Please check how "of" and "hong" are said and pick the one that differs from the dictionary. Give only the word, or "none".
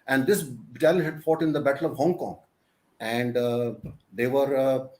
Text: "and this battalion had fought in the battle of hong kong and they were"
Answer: none